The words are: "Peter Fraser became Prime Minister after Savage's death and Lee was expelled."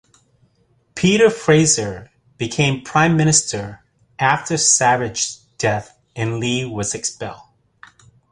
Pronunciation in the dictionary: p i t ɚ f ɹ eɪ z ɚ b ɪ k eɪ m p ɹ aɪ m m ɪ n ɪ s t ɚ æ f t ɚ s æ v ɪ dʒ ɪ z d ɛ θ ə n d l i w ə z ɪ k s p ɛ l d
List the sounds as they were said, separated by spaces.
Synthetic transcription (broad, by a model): p i t ɚ f ɹ eɪ z ɚ b ɪ k eɪ m p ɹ aɪ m m ɪ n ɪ s t ɚ æ f t ɚ s æ v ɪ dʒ d ɛ θ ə n l i w ə z ɪ k s p ɛ l d